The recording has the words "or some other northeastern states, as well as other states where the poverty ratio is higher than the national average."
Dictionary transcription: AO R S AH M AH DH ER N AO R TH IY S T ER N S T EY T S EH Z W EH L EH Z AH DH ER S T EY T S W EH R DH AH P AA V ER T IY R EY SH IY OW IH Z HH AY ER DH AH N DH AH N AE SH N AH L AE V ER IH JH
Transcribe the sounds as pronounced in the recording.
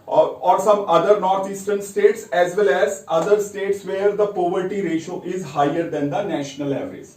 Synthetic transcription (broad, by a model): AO R S AH M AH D ER N AO R T IY S T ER N S T EY T S EH Z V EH L EH Z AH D ER S T EY T S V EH R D AH P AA V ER T IY R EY SH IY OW IH Z HH AY ER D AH N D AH N AE SH N AH L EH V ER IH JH